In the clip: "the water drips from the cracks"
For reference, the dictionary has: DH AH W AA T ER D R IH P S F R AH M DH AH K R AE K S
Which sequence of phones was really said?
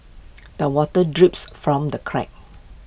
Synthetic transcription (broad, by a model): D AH W AA T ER D R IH P S F R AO M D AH K R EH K